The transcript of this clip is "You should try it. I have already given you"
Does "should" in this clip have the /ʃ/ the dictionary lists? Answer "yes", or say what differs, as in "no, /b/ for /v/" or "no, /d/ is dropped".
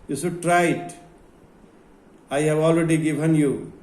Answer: no, /s/ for /ʃ/